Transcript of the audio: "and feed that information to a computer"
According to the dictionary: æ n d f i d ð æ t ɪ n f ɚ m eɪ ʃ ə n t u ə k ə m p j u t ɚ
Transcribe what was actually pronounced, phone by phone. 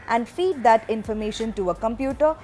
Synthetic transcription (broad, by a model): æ n d f i d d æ t ɪ n f ɚ m eɪ ʃ ə n t u ə k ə m p j u t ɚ